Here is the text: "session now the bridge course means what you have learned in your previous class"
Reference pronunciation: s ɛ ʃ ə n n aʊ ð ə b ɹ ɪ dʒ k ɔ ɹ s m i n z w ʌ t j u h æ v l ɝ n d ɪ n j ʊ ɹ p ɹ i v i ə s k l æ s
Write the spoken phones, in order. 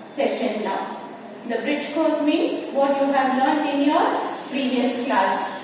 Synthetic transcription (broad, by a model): s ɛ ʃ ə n n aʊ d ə b ɹ ɪ dʒ k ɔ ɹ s m i n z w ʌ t j u h æ v l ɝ n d ɪ n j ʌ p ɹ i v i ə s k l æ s